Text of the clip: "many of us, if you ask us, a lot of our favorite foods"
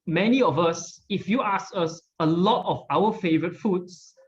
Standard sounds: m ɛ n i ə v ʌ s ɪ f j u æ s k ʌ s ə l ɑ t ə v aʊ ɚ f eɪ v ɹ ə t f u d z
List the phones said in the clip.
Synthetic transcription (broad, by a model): m ɛ n i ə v ʌ s ɪ f j u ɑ s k ʌ s ə l ɑ t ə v aʊ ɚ f eɪ v ɹ ə t f u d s